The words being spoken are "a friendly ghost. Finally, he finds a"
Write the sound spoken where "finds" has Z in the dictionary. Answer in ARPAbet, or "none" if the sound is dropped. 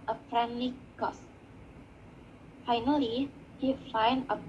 none